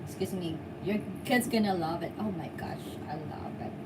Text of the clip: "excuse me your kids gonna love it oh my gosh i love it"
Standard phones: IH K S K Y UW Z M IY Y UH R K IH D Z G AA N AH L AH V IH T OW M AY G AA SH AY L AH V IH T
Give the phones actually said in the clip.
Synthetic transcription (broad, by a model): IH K S K Y UW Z M IY Y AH R K IH D Z G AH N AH L AH V IH T OW M AY G AA SH AY L AH V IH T